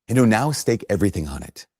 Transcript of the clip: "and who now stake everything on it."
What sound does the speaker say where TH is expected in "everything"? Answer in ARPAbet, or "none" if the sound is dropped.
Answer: TH